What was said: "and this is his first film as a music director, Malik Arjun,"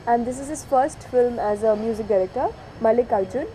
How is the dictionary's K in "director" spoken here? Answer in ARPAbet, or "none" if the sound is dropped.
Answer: K